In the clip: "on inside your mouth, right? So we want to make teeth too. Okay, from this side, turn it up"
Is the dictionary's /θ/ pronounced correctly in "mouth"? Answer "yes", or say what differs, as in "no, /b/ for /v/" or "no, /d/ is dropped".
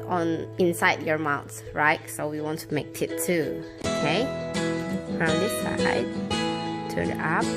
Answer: no, /s/ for /θ/